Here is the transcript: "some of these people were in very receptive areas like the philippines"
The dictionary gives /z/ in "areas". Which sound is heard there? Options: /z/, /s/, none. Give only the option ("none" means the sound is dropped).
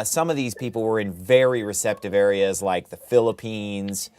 /z/